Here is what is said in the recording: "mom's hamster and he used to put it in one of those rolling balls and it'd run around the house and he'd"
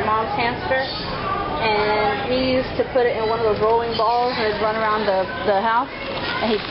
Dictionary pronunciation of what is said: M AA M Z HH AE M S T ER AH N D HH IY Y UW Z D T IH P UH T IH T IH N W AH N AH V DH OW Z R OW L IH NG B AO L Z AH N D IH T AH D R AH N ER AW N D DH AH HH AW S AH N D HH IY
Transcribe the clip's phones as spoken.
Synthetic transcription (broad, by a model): M AA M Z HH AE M S T ER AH N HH IY Y UW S T IH P UH T IH T IH N W AH N AH V DH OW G R OW IH NG B AO L Z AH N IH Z R AH N ER AW N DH DH AH HH AW S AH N IY